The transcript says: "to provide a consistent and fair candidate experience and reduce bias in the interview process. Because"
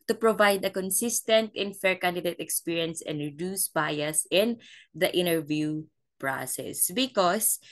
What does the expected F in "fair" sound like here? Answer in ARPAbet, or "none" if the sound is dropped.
F